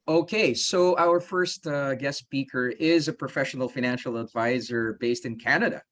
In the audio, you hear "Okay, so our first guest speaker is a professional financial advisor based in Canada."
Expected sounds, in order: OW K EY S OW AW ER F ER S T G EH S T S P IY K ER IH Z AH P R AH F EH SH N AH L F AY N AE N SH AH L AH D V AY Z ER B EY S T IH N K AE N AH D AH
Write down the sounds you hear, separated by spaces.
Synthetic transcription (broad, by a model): OW K EY S OW AW ER F ER S T G EH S S P IY K ER IH Z AH P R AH F EH SH N L F AY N AE N SH L AH D V AY Z ER B EY S T IH N K AE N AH D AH